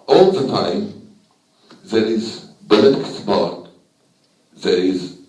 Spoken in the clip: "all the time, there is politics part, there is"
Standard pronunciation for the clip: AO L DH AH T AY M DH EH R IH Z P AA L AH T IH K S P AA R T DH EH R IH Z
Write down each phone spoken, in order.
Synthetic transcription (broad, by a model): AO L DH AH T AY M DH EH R IH Z B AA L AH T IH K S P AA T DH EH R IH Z